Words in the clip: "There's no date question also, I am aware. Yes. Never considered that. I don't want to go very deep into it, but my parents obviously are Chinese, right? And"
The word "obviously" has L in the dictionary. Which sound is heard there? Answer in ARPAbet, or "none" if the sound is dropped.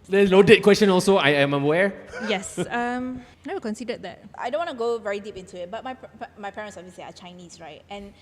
none